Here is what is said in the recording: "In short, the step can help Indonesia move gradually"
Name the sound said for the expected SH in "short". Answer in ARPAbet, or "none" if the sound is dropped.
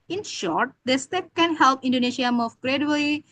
SH